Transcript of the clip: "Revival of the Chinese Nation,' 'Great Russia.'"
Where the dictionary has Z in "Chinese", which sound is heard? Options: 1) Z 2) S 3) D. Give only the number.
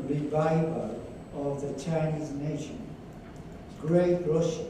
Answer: 1